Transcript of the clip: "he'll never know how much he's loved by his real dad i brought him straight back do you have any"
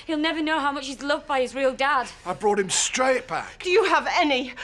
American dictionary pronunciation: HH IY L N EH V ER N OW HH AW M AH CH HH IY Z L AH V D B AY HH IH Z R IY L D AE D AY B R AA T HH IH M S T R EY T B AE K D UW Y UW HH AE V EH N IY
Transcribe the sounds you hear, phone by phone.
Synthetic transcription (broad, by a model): HH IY L N EH V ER N OW HH AW M AH CH HH IY Z L AH V D B AY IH Z R IY L D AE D AY B R AA T HH IH M S T R EY T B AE K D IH Y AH V EH N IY